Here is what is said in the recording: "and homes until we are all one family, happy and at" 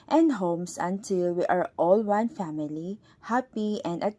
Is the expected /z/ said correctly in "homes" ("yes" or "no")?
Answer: no